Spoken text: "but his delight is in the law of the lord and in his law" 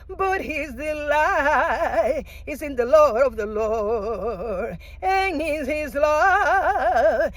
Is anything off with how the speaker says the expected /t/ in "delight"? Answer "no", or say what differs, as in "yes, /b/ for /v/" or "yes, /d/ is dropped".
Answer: yes, /t/ is dropped